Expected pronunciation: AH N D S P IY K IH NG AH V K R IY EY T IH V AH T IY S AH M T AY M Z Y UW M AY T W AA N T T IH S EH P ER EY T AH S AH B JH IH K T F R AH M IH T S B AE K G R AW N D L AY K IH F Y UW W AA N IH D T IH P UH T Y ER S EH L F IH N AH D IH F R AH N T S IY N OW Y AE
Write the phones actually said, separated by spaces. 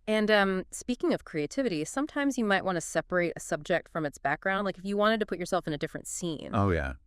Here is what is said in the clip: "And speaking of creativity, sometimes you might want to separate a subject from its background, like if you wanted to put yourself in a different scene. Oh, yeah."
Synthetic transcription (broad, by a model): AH N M S P IY K IH NG AH V K R IY EY T IH V AH T IY S AH M T AY M Z Y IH M AY T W AA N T T IH S EH P ER EY T AH S AH B JH IH K T F R AH M IH T S B AE K G R AW N D L AY K IH F Y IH W AA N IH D T IH P UH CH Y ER S EH L F IH N AH D IH F R AH N T S IY N OW Y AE